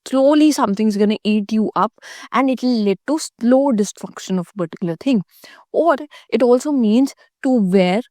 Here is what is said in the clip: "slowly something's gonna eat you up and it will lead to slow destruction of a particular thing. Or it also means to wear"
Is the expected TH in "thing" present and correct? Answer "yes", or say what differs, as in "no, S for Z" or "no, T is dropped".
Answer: no, T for TH